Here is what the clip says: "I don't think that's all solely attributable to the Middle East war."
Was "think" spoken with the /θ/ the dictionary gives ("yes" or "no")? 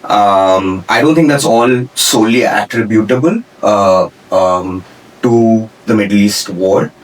no